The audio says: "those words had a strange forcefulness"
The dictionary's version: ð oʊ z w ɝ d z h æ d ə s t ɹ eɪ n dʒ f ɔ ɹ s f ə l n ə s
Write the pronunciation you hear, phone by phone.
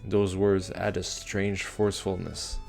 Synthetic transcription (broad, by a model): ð oʊ z w ɝ d z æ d ə s t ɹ eɪ n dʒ f ɔ ɹ s f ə l n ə s